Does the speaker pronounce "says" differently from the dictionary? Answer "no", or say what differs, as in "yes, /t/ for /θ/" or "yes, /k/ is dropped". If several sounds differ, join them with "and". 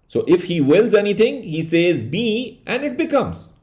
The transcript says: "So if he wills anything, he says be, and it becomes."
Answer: no